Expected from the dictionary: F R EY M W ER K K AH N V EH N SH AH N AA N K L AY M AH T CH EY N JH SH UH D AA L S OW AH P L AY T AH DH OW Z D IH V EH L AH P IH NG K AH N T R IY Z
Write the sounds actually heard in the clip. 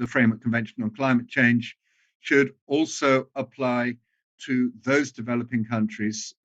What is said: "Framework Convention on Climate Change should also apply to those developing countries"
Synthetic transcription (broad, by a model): F R EY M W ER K K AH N V EH N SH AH N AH N K L AY M AH T CH EY N ZH SH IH D AA L S OW AH P L AY T AH DH OW Z D IH V EH L AH P IH NG K AH N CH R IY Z